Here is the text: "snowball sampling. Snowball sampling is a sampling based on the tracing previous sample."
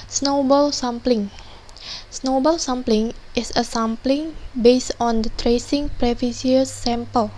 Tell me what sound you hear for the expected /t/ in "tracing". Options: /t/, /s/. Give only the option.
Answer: /t/